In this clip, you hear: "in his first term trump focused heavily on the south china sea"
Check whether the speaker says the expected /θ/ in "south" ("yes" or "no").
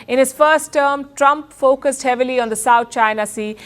no